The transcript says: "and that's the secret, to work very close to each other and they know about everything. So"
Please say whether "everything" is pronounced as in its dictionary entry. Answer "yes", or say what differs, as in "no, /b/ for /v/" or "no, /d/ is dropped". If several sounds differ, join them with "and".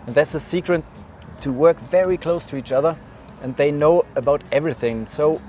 yes